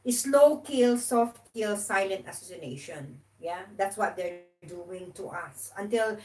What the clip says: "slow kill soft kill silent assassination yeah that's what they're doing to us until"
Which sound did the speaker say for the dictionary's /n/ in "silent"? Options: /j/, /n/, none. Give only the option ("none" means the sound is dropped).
/n/